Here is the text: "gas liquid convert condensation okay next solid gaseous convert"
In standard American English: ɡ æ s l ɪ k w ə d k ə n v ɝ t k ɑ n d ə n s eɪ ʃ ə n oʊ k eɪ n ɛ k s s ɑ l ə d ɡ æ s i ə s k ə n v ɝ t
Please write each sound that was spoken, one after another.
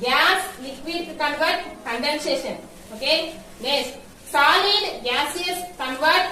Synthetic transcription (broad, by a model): ɡ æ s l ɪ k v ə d k ə n v ɝ t k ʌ n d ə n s eɪ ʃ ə n oʊ k eɪ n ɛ s s ɑ l ə d ɡ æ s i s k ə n v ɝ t